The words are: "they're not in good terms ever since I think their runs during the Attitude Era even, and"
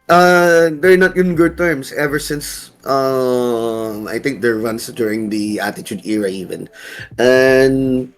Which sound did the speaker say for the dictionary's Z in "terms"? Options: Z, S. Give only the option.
S